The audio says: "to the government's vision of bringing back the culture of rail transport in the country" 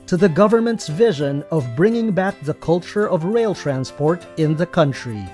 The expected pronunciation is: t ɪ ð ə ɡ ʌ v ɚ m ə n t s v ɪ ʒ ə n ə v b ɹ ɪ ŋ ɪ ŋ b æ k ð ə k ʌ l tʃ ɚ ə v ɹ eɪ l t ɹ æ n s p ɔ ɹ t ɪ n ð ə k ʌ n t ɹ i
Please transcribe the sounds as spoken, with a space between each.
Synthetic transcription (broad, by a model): t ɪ ð ə ɡ ʌ v ɚ m ə n t s v ɪ ʒ ə n ə v b ɹ ɪ ŋ ɪ ŋ b æ k ð ə k ʌ l tʃ ɚ ə v ɹ eɪ l t ɹ æ n s p ɔ ɹ t ɪ n ð ə k ʌ n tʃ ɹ i